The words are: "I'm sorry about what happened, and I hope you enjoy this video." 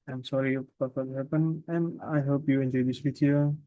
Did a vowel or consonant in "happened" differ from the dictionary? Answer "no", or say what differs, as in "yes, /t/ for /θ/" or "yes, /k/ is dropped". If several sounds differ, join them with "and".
yes, /d/ is dropped